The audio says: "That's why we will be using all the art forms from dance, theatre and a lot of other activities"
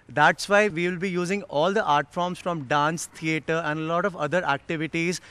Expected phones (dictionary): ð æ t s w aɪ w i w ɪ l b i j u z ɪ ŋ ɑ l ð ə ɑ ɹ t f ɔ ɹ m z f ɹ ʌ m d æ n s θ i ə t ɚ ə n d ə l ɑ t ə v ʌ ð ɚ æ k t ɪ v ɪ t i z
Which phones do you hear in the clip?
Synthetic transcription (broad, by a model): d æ t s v aɪ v i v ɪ l b i j u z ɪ ŋ ɑ l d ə ɑ ɹ t f ɔ ɹ m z f ɹ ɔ m d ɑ n s t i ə t ɚ ə n d ə l ɑ t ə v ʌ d ɚ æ k t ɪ v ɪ t i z